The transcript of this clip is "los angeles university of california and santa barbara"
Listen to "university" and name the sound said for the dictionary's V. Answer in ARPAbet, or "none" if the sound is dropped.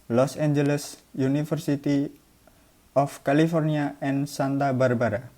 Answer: F